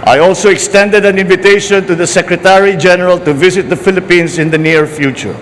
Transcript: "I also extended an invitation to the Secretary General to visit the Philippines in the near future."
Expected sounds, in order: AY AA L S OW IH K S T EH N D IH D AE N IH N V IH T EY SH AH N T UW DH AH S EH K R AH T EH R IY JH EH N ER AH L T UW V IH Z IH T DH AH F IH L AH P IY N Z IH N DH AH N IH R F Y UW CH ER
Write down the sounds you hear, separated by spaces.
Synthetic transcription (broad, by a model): AY AA L S OW IH K S T EH N D IH D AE N IH N V IH T EY SH AH N T UW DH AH S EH K R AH T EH R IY JH EH N ER AH L T UW V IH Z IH T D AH F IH L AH P IY N S IH N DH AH N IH R F Y UW CH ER